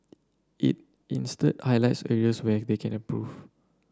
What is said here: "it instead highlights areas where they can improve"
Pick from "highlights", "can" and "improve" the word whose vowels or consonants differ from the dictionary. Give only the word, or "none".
improve